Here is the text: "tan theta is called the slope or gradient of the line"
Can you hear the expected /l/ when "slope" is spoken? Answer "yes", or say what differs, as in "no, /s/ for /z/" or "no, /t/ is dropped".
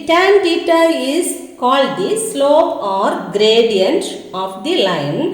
yes